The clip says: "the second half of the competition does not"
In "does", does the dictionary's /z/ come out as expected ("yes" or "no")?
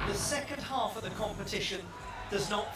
yes